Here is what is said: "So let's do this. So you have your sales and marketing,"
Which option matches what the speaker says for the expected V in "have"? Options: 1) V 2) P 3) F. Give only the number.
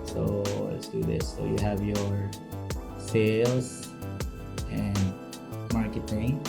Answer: 1